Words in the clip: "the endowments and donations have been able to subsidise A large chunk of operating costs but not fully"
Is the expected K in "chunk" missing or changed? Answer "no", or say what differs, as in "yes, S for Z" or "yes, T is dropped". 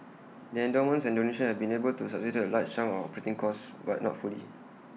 yes, K is dropped